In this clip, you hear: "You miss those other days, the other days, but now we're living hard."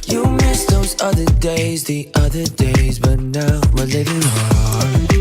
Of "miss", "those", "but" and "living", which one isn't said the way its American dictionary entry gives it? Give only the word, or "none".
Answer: none